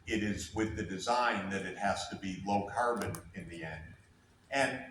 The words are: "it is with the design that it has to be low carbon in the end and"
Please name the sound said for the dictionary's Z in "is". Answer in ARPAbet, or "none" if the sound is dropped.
Z